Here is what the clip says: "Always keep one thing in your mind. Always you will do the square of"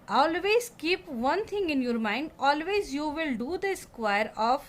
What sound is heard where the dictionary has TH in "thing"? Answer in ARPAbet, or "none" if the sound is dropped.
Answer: T